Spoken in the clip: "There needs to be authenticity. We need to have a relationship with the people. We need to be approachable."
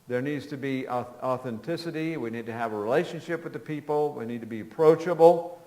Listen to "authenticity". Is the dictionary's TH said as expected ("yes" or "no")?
yes